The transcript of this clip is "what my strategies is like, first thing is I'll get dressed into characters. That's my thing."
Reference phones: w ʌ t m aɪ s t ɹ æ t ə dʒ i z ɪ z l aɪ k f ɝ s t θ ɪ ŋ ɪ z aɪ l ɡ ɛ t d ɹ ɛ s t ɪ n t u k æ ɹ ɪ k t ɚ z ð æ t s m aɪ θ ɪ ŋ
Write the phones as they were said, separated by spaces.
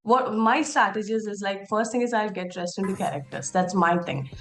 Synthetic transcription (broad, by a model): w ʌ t m aɪ s t æ t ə dʒ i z ɪ z l aɪ k f ɝ s t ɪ ŋ ɪ z aɪ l ɡ ɛ t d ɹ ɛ s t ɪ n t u k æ ɹ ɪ k t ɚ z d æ t s m aɪ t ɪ ŋ